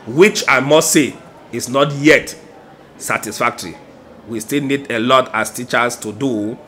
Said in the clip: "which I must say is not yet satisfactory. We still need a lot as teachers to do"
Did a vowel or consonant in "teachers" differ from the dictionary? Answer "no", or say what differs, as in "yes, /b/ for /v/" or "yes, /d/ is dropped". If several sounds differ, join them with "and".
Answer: yes, /s/ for /z/